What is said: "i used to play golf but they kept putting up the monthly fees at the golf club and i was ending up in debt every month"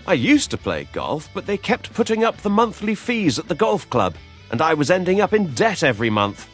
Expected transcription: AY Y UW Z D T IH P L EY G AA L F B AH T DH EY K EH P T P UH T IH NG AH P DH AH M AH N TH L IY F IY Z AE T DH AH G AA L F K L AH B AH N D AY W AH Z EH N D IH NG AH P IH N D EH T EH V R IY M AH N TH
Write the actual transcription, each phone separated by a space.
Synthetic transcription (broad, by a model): AY Y UW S T IH P L EY G AA L F B AH T DH EY K EH P T P UH T IH NG AH P DH AH M AH N TH L IY F IY Z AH T DH AH G AA L F K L AH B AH N AY W AH Z EH N D IH NG AH P IH N D EH T EH V R IY M AH N TH